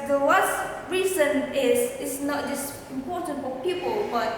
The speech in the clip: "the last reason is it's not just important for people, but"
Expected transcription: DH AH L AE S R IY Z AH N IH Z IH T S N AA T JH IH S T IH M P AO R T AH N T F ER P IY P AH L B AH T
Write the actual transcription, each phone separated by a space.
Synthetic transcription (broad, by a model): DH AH W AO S R IY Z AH N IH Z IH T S N AA T JH IH S T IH M P AO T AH N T F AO P IY P AH L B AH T